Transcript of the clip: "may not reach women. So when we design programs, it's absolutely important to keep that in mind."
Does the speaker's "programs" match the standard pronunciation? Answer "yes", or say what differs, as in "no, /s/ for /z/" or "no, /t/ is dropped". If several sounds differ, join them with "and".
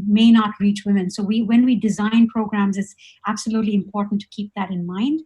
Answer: yes